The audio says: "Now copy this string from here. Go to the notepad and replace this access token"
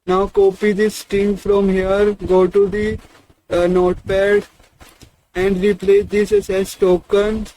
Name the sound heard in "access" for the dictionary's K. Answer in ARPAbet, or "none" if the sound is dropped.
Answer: none